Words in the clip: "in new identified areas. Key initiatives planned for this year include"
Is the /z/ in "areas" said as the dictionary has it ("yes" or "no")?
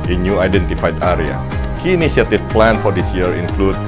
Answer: no